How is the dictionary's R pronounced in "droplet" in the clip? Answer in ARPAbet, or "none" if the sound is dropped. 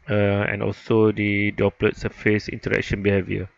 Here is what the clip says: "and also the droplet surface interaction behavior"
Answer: none